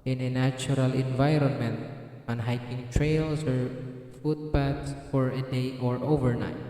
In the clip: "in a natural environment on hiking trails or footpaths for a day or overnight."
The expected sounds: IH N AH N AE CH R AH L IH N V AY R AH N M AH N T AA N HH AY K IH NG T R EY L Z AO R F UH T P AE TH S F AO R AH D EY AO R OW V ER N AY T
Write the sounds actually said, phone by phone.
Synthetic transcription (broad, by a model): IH N AH N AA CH R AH L IH N V AY R AH N M AH N T AA N HH AY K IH NG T R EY L S AO R F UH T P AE T S F AO R AH D EY AO R OW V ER N AY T